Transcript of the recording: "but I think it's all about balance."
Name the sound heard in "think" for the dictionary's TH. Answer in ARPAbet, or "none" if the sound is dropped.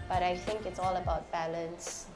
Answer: TH